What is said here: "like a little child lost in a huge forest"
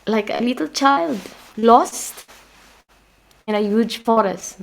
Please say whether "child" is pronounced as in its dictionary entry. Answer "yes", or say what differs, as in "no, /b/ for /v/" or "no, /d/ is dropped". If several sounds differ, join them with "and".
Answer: yes